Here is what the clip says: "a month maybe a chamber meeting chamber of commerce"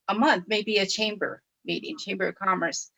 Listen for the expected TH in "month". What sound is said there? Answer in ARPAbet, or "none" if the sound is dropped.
TH